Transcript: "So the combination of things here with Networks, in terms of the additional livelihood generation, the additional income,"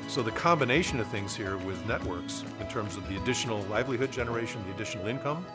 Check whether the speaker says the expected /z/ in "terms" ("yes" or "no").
yes